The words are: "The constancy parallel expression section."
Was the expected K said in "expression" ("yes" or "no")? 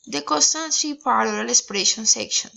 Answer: no